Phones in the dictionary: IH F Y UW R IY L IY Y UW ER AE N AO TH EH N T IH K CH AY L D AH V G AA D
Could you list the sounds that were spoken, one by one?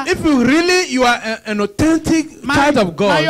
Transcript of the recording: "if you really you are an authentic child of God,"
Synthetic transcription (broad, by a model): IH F Y UW R IY L IY Y UW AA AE N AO T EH N T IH K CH AY D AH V G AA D